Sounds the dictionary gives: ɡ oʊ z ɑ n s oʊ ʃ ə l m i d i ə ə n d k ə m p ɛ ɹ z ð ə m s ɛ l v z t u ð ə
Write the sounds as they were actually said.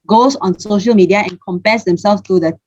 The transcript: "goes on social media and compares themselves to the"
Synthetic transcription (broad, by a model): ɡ oʊ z ɑ n s oʊ ʃ ə l m i d i ə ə n k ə m p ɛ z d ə m s ɛ l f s t u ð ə